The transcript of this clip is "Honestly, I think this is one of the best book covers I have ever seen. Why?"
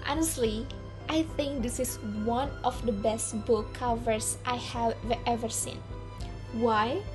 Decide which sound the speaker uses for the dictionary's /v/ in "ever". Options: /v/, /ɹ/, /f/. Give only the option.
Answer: /v/